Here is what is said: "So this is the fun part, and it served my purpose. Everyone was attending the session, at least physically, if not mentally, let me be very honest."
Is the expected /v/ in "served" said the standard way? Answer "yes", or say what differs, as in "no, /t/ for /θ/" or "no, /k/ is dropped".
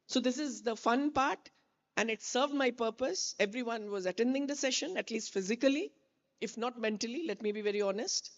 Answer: yes